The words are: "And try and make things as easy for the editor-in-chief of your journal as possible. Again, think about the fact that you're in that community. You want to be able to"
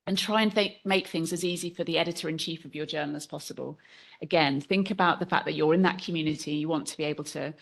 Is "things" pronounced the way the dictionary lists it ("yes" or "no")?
yes